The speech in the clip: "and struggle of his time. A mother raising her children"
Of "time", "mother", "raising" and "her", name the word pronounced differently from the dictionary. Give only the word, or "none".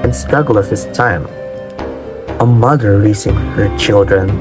raising